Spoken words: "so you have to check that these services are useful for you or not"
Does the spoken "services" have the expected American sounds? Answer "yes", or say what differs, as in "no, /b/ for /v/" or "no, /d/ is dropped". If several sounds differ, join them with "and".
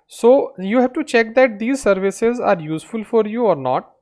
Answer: yes